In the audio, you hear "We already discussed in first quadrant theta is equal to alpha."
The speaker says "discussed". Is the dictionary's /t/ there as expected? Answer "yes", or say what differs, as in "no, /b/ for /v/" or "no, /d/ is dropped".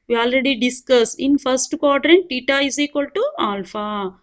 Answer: no, /t/ is dropped